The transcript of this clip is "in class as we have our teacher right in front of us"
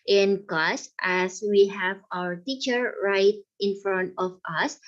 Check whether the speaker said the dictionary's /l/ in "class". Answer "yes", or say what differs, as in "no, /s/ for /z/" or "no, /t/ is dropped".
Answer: no, /l/ is dropped